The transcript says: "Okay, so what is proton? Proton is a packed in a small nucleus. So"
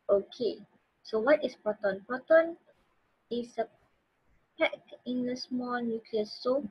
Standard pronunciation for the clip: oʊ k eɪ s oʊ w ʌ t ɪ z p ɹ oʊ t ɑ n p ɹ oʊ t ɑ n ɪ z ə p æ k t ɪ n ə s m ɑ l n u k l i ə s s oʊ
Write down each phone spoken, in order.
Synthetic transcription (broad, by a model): oʊ k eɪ s oʊ w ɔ t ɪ s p oʊ t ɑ n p oʊ t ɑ n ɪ s ə p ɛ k ɪ n ə s m ɑ l n u k l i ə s s oʊ